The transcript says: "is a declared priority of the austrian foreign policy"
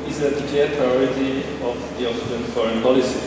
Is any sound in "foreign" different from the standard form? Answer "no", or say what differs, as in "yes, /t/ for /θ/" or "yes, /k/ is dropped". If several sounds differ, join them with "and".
no